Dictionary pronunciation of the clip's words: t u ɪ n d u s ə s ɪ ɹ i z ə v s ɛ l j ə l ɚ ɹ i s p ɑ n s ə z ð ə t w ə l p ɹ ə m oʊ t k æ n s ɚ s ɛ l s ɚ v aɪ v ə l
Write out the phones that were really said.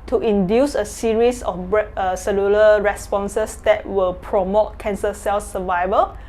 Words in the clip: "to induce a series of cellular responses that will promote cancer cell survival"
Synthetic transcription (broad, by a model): t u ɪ n d u s ə s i ɹ i s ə b s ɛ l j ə l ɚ ɹ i s p ɑ n s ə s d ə t w ə l p ɹ ə m oʊ t k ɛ n s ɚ s ɛ l s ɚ v aɪ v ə l